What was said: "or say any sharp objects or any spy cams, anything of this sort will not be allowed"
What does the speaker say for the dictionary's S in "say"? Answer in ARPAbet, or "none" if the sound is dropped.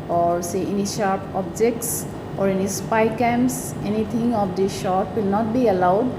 S